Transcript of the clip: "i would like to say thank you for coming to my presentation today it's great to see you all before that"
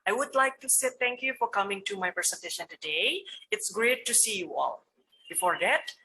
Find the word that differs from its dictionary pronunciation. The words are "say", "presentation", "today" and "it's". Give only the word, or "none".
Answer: presentation